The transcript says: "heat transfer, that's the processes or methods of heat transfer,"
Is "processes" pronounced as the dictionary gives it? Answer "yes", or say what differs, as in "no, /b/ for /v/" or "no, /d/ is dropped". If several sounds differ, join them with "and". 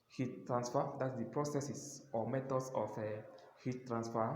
no, /s/ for /z/